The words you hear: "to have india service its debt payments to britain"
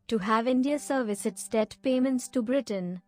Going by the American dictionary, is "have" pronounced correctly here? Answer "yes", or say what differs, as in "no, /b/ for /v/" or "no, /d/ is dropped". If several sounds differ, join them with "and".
yes